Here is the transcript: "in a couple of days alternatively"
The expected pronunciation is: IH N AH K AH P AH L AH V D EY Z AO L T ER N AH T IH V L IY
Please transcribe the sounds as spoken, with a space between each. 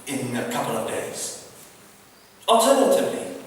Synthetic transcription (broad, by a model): IH N AH K AH P AH L AH V D EY Z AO L T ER N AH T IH V L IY